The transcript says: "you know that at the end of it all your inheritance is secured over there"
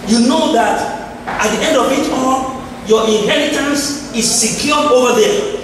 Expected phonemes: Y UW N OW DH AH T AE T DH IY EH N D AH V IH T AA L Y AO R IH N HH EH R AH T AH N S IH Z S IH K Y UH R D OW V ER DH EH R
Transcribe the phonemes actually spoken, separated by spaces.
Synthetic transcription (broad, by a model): Y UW N OW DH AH T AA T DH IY EH N D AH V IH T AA N Y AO IH N HH EH R AH T AH N S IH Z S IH K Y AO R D OW V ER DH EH